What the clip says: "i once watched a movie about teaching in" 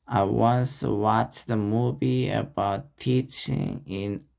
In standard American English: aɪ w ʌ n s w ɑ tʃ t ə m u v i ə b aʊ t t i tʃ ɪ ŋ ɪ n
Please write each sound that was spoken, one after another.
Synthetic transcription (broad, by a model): aɪ w ʌ n s w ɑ tʃ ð ə m u v i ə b aʊ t t i tʃ ɪ ŋ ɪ n